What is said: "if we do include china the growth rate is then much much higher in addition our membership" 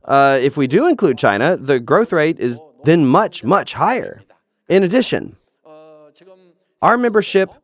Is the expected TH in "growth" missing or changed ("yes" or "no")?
no